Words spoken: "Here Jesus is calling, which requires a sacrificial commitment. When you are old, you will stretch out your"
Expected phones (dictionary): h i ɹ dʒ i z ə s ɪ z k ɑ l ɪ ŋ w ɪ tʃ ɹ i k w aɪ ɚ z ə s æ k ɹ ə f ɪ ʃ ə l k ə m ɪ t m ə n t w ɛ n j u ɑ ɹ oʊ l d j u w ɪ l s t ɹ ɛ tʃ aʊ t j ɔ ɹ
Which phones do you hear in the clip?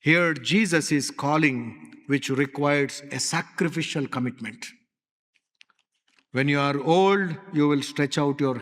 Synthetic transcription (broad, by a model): h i ɹ dʒ i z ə s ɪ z k ɑ l ɪ ŋ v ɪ tʃ ɹ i k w aɪ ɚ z ə s æ k ɹ ə f ɪ ʃ ə l k ə m ɪ t m ə n t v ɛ n j u ɑ ɹ oʊ l d j u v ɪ l s t ɹ ɛ tʃ aʊ t j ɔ ɹ